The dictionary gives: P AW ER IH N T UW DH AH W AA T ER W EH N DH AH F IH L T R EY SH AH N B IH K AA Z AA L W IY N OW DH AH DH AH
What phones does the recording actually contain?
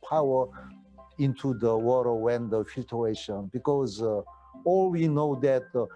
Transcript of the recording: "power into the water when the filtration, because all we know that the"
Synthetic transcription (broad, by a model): P AW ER IH N T UW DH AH W AA T ER W EH N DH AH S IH T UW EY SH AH N B IH K AA Z AA L W IY N OW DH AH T